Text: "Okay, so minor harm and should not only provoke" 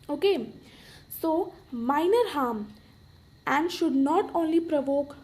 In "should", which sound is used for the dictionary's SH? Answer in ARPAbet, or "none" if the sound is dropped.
SH